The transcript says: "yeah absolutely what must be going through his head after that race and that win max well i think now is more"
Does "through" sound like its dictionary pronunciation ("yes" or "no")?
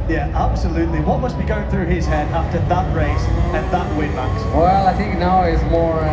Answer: yes